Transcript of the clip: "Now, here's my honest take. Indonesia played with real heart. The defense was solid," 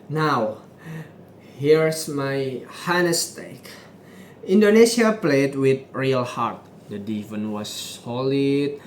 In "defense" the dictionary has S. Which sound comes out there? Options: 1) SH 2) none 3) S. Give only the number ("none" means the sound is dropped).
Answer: 2